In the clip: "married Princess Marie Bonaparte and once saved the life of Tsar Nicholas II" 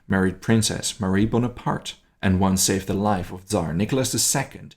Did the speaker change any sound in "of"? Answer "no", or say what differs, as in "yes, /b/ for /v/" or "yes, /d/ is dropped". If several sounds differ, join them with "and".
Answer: no